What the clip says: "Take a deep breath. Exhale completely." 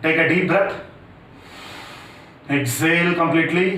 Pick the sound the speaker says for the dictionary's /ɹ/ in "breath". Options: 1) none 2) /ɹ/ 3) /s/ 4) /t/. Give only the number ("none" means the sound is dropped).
1